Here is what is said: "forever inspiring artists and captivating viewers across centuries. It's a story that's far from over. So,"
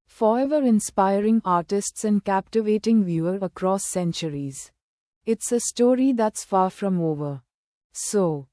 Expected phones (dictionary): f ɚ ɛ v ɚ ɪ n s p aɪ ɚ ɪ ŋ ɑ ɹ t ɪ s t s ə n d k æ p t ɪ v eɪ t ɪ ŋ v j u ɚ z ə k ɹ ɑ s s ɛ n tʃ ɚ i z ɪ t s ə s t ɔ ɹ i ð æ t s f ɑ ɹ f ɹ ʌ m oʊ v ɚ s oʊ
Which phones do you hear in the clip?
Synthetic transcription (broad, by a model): f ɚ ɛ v ɚ ɪ n s p aɪ ɚ ɪ ŋ ɑ ɹ t ɪ s t s ə n d k æ p t ɪ v eɪ t ɪ ŋ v j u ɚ ə k ɹ ɑ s s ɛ n tʃ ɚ i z ɪ t s ə s t ɔ ɹ i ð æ t s f ɑ ɹ f ɹ ʌ m oʊ v ɚ s oʊ